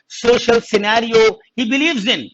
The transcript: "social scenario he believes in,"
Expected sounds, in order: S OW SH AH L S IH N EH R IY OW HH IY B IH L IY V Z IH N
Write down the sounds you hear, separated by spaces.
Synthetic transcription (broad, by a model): S OW SH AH L S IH N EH R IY OW HH IY B IH L IY V Z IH N